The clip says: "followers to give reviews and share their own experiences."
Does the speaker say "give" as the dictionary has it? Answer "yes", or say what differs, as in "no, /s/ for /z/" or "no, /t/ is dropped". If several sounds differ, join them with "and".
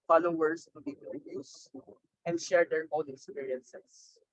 no, /p/ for /v/